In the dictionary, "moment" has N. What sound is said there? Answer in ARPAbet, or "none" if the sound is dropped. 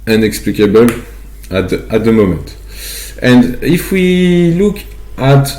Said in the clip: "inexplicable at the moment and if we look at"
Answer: none